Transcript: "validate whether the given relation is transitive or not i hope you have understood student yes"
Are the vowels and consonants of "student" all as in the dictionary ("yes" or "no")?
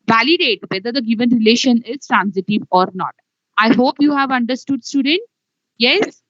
yes